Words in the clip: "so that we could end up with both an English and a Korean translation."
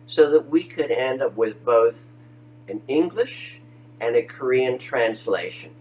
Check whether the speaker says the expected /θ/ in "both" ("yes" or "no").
yes